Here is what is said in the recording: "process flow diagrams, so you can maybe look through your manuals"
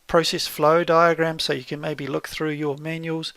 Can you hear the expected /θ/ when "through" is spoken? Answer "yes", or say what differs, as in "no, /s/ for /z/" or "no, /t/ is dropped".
yes